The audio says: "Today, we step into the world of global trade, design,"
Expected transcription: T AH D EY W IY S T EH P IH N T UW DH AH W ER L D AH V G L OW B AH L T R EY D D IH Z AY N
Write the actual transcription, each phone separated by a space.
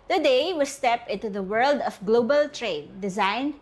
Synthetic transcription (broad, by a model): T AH D EY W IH S T EH P IH N T UW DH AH W ER L D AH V G L OW B AH L T R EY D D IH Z AY N